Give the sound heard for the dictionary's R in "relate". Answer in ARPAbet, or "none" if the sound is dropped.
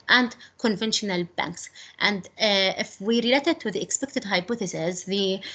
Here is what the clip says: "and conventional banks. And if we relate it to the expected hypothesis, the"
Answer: R